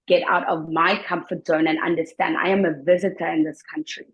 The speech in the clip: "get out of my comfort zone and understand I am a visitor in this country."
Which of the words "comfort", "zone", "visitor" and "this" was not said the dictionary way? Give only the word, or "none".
none